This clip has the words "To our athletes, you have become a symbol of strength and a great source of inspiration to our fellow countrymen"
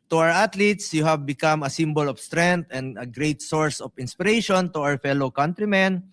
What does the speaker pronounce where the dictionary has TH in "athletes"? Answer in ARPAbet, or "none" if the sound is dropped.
T